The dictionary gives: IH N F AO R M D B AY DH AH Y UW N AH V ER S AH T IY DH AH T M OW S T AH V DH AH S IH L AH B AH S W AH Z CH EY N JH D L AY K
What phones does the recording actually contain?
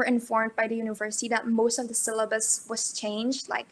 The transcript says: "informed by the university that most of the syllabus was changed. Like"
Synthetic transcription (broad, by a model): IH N F AO R M D B AY DH AH Y UW N AH V ER S AH T IY DH AH T M OW S T AH V DH AH S IH L AH B AH S W AH Z CH EY N JH D L AY K